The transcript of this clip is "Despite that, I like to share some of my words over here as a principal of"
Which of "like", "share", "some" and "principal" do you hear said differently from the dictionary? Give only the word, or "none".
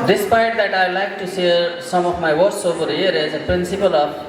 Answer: share